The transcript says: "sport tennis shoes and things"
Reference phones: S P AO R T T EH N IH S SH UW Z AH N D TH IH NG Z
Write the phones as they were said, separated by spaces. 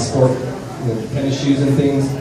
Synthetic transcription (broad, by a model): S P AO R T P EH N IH SH UW Z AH N TH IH NG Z